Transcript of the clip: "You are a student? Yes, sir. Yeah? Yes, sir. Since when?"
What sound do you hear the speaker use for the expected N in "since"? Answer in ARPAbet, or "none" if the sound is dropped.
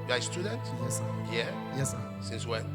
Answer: N